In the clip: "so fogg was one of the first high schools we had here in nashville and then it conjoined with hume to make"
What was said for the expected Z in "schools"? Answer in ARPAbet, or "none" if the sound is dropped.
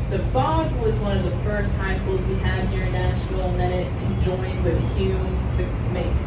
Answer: Z